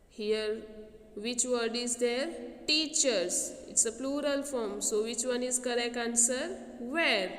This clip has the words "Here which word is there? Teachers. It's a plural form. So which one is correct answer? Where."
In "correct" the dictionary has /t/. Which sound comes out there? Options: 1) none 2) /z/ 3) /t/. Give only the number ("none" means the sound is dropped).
1